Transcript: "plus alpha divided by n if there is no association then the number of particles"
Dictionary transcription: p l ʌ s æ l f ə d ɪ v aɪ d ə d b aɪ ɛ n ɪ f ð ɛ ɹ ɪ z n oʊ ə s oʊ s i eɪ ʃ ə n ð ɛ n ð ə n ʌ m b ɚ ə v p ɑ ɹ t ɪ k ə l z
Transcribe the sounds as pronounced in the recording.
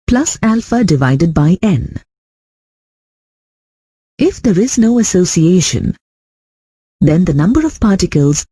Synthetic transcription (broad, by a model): p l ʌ s æ l f ə d ɪ v aɪ d ə d b aɪ ɛ n ɪ f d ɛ ɹ ɪ z n oʊ ə s oʊ s i eɪ ʃ ə n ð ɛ n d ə n ʌ m b ɚ ə v p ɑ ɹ t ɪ k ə l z